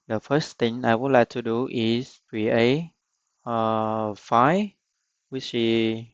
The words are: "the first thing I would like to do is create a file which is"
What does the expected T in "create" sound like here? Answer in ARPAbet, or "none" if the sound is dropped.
none